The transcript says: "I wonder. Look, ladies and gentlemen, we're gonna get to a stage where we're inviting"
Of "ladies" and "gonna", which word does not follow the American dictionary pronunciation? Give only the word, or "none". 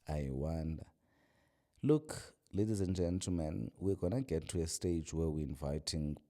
none